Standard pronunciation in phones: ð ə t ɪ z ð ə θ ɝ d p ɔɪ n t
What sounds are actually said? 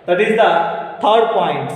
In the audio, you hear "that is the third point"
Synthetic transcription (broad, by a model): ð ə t ɪ z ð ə t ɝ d p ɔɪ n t